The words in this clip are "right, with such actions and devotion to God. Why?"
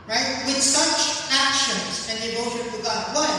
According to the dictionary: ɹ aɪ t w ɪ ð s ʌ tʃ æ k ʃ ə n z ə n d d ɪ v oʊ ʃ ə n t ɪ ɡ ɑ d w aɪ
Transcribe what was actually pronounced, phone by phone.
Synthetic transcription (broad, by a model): ɹ aɪ t w ɪ ð s ʌ tʃ æ k ʃ ə n z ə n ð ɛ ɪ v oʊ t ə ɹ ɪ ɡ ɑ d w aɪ